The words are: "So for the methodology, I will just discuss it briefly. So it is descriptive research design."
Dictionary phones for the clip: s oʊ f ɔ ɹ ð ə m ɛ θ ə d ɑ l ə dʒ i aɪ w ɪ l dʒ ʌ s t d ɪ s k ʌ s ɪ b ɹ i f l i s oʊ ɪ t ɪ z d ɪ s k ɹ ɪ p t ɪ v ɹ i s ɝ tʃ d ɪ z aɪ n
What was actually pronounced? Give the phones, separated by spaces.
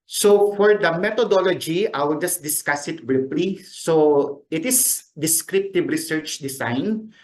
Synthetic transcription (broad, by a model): s oʊ f ɔ ɹ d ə m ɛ t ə d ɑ l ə dʒ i aɪ w ɪ l dʒ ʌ s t d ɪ s k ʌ s ɪ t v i p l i s oʊ ɪ t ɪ s d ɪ s k ɹ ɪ p t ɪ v ɹ i s ɝ tʃ d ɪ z aɪ n